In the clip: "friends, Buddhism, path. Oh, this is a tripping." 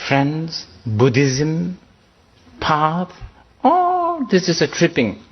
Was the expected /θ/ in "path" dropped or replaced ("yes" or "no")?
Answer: yes